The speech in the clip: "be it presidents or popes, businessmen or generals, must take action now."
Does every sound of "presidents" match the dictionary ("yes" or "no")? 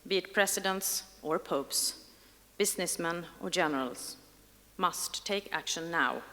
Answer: no